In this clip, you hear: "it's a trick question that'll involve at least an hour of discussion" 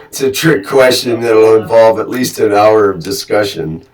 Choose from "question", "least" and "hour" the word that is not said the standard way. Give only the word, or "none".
none